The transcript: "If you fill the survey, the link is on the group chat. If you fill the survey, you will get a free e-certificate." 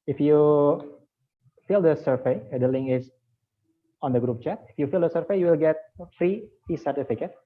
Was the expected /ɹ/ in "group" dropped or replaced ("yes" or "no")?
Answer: no